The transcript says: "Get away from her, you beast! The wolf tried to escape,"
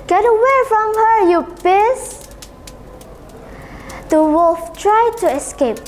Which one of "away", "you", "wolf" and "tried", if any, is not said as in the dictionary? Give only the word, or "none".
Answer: wolf